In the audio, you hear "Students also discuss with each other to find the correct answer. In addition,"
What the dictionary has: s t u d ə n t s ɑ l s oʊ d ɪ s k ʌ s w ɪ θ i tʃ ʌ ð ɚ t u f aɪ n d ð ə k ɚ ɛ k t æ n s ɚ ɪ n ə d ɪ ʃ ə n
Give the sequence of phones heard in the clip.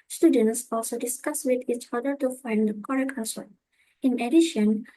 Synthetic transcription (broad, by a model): s t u d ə n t s ɑ l s oʊ d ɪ s k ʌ s w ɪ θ i tʃ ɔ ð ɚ t u f aɪ n d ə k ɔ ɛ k ɔ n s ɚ ɪ n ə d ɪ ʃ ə n